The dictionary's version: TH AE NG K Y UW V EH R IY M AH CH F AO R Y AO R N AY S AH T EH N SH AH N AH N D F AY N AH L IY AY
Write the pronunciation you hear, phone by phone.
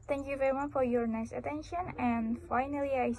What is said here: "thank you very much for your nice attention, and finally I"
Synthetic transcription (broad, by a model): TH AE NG K Y UW V EH R IY M AH CH F AO R Y AO R N AY S AH T EH N SH AH N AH N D F AY N AH L IY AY